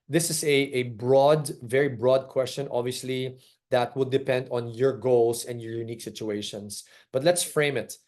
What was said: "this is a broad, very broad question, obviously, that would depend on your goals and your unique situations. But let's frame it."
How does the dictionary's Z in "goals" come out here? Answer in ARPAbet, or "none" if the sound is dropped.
S